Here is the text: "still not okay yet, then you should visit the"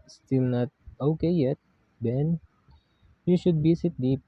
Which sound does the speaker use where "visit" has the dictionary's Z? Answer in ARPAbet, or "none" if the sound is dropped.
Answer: S